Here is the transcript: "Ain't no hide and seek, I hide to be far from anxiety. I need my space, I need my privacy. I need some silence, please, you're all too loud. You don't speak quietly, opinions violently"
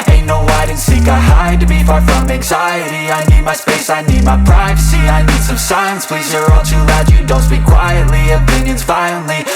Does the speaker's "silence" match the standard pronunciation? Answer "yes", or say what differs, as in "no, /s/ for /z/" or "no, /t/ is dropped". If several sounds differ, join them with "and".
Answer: no, /l/ is dropped